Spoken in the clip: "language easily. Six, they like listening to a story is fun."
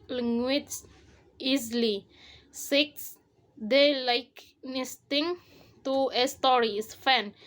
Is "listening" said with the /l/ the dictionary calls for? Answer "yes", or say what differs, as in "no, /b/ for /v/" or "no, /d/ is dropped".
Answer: no, /n/ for /l/